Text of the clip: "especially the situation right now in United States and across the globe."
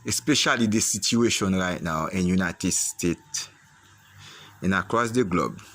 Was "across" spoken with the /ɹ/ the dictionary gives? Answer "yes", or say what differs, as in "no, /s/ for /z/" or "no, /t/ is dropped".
yes